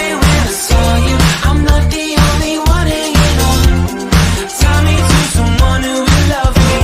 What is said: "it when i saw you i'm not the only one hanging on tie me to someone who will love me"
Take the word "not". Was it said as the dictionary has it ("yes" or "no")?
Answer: no